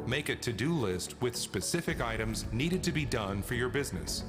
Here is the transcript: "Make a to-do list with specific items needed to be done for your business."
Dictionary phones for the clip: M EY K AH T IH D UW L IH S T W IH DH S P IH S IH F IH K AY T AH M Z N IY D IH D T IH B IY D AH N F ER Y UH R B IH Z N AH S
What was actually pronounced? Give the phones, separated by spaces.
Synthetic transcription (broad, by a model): M EY K AH T IH D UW L IH S T W IH DH S P IH S IH F IH K AY T AH M Z N IY D IH D T IH B IY D AH N F ER Y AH R B IH Z N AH S